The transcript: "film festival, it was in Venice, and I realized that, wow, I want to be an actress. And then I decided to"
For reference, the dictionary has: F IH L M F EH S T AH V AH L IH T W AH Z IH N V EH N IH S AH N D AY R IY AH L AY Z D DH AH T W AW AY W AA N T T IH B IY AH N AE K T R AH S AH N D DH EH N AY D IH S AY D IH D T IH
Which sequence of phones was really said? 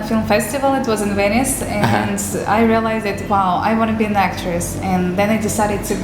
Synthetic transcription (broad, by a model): F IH L M F EH S T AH V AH L IH T W AH Z IH N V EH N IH S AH N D AY R IY AH L AY Z D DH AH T W AW AY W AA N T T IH B IY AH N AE K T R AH S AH N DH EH N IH D IH S AY D IH D T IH